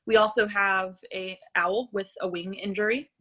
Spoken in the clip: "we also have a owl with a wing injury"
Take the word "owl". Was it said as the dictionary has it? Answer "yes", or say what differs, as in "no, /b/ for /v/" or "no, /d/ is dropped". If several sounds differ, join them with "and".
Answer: yes